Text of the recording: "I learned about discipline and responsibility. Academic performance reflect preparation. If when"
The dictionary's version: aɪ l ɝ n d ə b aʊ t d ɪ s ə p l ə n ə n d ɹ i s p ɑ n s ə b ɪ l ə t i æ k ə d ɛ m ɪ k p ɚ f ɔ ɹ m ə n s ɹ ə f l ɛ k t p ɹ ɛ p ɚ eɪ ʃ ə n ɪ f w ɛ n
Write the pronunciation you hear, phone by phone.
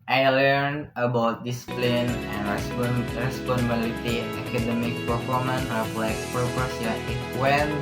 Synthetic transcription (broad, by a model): aɪ l ɝ n d ə b aʊ t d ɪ s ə p l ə n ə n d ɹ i s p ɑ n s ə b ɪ l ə t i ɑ k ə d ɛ m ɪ k p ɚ f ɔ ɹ m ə n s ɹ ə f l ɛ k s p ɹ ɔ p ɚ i ə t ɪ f w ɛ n